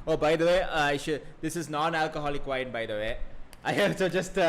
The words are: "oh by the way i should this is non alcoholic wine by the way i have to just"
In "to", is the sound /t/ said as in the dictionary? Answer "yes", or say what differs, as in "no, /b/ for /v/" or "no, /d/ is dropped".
no, /s/ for /t/